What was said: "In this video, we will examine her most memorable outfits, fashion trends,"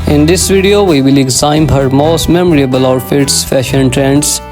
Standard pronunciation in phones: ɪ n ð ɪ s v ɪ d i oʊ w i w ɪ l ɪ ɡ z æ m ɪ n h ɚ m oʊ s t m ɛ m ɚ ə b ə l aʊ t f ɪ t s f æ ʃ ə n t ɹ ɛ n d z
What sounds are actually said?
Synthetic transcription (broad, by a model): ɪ n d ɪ s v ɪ d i oʊ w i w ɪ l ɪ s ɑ ɪ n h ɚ m oʊ s t m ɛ m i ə b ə l aʊ t f ɪ t s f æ ʃ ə n t ɹ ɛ n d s